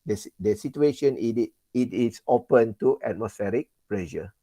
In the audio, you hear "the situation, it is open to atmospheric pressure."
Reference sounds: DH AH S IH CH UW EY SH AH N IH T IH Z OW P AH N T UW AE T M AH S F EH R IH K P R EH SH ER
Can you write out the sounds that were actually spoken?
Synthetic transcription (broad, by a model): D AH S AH S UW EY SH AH N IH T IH S OW P AH N T UW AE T M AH S F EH R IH K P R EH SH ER